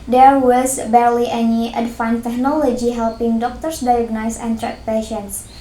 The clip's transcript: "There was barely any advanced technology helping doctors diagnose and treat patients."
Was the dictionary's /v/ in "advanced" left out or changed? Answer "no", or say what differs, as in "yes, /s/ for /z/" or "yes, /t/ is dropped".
yes, /f/ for /v/